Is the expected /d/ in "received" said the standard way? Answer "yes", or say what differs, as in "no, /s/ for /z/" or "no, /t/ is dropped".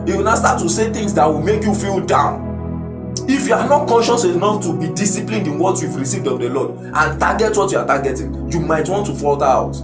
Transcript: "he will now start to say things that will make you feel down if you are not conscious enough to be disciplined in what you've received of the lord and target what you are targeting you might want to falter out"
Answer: yes